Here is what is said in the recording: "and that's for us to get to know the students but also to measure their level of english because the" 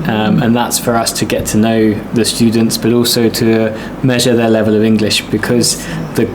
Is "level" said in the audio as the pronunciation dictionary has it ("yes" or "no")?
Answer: yes